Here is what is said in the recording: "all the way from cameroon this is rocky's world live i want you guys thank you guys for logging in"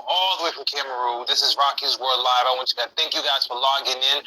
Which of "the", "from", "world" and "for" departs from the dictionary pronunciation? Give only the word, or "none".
world